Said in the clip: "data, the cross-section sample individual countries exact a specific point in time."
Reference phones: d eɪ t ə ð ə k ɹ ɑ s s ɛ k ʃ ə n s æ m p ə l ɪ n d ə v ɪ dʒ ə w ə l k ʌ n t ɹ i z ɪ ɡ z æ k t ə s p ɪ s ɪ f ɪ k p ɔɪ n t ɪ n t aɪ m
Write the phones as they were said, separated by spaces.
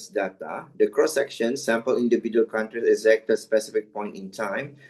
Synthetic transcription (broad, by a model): d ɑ t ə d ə k ɹ ɑ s s ɛ k ʃ ə n s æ m p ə l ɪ n d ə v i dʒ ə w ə l k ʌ n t ɹ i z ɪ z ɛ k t ə s p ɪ s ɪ f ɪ k p ɔɪ n t ɪ n t aɪ m